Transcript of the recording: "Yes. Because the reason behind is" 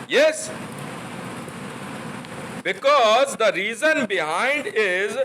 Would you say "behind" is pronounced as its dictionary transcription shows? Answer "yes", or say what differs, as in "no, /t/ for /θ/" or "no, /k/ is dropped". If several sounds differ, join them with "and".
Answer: yes